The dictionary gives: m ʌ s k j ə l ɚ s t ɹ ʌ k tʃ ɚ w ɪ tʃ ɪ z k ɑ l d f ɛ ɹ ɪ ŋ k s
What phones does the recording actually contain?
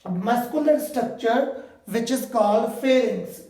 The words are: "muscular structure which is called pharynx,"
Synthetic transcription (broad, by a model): m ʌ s k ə l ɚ s t ɹ ʌ k tʃ ɚ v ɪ tʃ ɪ z k ɑ l d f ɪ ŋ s